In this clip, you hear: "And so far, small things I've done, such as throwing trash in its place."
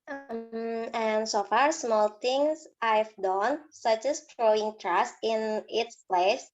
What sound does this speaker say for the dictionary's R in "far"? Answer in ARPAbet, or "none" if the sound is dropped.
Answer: R